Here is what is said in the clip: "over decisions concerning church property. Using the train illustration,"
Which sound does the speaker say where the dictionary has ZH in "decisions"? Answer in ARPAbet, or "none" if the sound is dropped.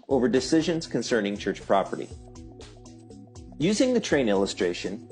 ZH